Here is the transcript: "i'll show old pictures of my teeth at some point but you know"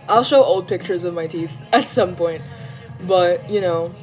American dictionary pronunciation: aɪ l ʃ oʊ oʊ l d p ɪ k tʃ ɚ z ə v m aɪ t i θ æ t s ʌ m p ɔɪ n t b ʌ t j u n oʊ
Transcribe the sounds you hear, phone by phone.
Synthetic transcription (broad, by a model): aɪ l ʃ oʊ oʊ l d p ɪ k tʃ ɚ z ə v m aɪ t i f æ t s ʌ m p ɔɪ n t b ʌ t j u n oʊ